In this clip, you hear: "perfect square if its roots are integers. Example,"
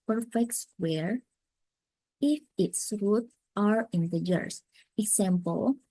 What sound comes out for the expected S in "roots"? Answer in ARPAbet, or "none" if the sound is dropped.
none